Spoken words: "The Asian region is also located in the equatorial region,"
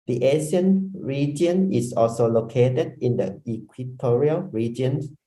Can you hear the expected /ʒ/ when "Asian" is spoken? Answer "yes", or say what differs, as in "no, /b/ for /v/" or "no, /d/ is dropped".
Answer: no, /s/ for /ʒ/